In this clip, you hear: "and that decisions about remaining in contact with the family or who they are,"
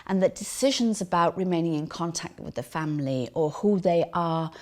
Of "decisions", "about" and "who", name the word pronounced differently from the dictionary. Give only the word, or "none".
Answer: none